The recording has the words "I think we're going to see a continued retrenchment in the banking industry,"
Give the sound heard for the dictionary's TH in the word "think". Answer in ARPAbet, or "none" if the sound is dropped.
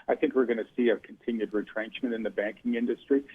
TH